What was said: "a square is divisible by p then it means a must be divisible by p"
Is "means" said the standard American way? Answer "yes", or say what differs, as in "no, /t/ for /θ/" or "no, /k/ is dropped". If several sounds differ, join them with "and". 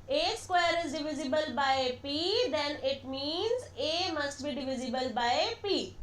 yes